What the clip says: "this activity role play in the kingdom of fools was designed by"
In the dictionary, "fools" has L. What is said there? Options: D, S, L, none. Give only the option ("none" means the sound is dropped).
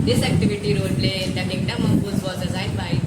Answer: none